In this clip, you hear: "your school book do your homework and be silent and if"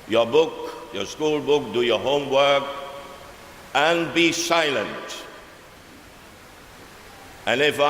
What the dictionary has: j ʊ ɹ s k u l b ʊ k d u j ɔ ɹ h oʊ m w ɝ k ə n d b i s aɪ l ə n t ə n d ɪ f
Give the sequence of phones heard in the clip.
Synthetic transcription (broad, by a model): j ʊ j s k u l b ʊ k d u j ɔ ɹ h oʊ m w ɝ k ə n b i s aɪ l ə n t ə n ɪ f